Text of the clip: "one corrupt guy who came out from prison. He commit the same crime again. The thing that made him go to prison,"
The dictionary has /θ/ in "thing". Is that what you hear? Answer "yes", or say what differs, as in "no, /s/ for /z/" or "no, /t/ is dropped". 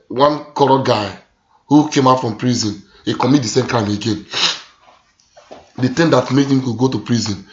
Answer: no, /t/ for /θ/